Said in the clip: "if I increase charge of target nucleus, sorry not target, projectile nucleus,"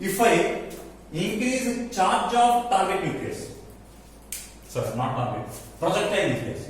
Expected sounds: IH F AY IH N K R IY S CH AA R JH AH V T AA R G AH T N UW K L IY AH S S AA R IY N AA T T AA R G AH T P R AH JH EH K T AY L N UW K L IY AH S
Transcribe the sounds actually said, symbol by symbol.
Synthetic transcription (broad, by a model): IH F AY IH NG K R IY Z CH AA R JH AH B T AA R G AH T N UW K IY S S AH R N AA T T AA R G AH T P R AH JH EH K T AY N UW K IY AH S